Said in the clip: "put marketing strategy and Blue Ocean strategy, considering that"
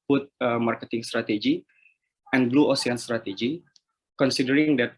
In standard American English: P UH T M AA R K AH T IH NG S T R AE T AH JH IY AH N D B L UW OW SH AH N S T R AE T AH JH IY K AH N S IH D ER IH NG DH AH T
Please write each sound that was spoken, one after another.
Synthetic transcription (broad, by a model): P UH T M AA R K AH T IH NG S T R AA T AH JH IY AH N B L UW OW S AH N S T R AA T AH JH IY K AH N S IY D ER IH NG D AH T